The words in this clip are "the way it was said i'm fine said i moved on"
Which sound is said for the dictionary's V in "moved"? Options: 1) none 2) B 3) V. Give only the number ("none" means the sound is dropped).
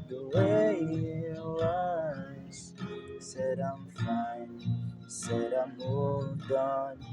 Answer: 1